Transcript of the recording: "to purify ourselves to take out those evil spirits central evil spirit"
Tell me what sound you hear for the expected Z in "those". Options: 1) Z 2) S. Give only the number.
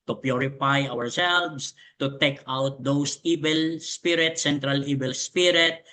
2